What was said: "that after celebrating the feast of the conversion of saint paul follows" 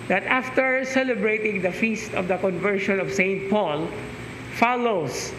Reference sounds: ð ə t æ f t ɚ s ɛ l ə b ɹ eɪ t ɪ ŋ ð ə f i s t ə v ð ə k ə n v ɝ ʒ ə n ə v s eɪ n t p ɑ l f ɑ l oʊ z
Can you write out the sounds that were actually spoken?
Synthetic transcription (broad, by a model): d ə t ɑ f t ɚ s ɛ l ə b ɹ eɪ t ɪ ŋ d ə f i s t ə v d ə k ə n v ɝ ʃ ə n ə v s eɪ n t p ɑ l f ɑ l oʊ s